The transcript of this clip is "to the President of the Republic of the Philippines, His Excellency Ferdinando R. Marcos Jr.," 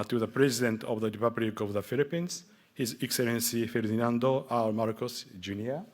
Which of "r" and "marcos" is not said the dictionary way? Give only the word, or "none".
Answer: r